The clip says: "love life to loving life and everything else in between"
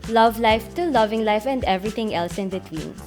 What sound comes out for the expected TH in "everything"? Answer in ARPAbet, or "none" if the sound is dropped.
T